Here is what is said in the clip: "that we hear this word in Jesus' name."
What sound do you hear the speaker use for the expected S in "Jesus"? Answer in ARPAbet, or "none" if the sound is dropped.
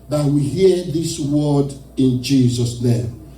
S